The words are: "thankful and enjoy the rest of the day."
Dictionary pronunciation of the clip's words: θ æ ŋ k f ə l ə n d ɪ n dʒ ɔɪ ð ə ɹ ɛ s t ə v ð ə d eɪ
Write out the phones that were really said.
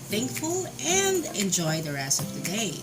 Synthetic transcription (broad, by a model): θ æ ŋ k f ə l ə n d ɪ n dʒ ɔɪ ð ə ɹ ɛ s ə v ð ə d eɪ